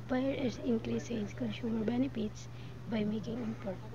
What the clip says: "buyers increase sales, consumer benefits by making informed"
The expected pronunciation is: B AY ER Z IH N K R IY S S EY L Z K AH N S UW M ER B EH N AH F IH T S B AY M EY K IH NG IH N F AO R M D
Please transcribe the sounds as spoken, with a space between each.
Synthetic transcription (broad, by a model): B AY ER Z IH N K R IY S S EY Z K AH N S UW M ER B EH N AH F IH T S B AY M EY K IH NG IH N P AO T